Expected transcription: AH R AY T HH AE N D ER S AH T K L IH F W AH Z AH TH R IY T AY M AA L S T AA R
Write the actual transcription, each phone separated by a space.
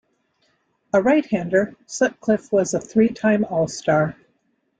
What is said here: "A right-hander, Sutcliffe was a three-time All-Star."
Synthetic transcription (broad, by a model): AH R AY T HH AE N D ER S AH T K L IH F W AH Z AH TH R IY T AY M AA L S T AA R